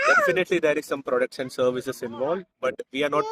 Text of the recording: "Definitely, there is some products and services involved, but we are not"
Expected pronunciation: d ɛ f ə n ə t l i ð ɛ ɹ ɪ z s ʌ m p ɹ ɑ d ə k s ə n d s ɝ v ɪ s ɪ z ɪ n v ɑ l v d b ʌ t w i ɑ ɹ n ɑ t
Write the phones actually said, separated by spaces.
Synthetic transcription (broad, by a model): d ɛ f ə n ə t l i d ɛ ɹ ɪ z s ʌ m p ɹ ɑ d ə k ʃ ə n s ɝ v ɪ s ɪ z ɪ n v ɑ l d b ʌ t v i ɑ ɹ n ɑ t